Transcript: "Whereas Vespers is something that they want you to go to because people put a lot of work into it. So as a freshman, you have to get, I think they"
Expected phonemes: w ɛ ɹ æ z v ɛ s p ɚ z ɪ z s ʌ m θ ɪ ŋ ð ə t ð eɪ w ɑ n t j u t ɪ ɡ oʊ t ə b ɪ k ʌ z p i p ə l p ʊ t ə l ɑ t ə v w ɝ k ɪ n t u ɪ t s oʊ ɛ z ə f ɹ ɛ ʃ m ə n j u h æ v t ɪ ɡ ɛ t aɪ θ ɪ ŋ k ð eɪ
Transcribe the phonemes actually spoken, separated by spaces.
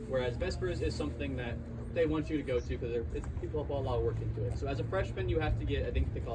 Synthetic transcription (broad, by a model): w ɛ ɹ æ z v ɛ s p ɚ z ɪ z s ʌ m θ ɪ ŋ ð ə t ð eɪ w ɑ n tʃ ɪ t ɪ ɡ oʊ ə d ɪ k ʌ z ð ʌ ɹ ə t p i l ə l ɑ t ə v w ɝ k ɪ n t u ɪ t s oʊ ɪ z ə f ɹ ɛ ʃ m ə n j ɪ h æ f t ɪ ɡ ɛ t aɪ θ ɪ ŋ k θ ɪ